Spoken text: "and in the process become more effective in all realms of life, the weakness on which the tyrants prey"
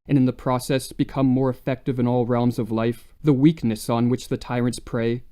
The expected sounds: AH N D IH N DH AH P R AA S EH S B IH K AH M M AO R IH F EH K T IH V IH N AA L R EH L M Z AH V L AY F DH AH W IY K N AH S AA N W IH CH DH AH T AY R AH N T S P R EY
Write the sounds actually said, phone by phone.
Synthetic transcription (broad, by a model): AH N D IH N DH AH P R AA S EH S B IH K AH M M AO R IH F EH K T IH V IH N AA L R EH L M Z AH V L AY F DH AH W IY K N AH S N W IH CH DH AH T AY R AH N T S P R EY